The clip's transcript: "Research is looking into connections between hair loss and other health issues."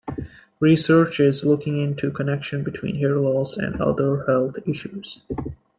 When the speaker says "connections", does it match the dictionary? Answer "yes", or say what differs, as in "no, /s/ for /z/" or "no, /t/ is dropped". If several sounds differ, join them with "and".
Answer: no, /z/ is dropped